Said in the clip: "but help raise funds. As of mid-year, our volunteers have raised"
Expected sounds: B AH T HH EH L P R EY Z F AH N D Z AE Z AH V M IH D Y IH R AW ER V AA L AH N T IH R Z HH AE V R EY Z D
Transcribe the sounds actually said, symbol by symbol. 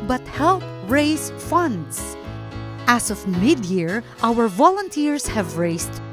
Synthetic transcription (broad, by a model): B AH T HH EH L P R EY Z F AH N D S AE S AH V M IH D Y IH R AW ER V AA L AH N T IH R S HH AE V R EY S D